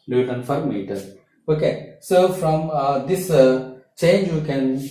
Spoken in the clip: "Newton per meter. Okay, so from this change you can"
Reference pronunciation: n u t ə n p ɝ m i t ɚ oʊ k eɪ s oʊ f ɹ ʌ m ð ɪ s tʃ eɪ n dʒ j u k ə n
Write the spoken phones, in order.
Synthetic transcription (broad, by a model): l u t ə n f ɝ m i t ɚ oʊ k eɪ s oʊ f ɹ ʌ m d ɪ s tʃ eɪ n dʒ j u k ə n